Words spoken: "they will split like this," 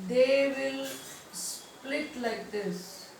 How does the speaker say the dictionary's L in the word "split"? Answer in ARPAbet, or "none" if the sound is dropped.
L